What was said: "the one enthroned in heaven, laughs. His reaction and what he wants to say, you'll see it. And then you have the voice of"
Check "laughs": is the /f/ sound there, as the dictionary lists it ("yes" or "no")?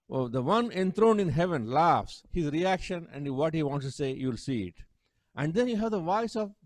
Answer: yes